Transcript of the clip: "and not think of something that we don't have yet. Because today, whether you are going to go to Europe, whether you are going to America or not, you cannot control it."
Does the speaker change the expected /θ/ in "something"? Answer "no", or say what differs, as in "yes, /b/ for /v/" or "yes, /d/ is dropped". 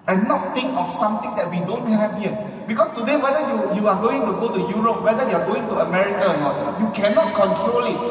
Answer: yes, /t/ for /θ/